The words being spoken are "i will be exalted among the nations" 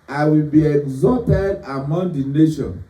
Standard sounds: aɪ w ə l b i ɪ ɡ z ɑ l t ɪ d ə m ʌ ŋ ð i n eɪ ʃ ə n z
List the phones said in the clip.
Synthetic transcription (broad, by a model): aɪ w ə l b i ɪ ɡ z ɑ t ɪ d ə m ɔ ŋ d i n eɪ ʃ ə n